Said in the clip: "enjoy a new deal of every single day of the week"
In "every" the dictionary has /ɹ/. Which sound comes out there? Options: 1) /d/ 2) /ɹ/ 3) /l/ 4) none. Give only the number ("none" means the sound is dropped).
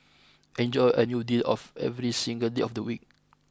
2